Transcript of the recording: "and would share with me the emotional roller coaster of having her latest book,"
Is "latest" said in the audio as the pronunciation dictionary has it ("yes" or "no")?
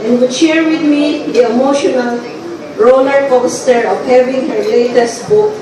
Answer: yes